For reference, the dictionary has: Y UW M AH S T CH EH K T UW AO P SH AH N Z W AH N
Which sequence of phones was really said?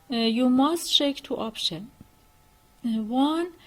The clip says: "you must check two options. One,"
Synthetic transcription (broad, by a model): Y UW M AH S T SH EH K T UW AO P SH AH N W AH N